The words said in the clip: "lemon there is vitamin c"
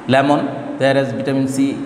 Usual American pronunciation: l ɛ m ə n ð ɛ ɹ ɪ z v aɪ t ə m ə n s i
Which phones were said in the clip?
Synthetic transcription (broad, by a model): l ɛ m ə n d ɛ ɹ ɪ z b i t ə m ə n s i